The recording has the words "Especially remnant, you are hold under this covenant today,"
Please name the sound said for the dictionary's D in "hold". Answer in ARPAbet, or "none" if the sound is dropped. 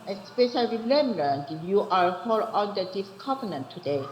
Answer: none